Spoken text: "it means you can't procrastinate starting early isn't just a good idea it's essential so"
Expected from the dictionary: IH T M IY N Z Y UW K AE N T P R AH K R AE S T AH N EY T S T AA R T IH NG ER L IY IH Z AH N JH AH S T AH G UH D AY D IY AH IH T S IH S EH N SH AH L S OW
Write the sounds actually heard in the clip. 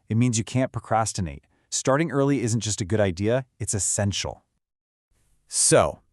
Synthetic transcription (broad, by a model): IH T M IY N Z Y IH K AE N P R AH K R AE S T AH N EY T S T AA R T IH NG ER L IY IH Z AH N JH AH S T AH G UH D AY D IY AH IH T S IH S EH N SH L S OW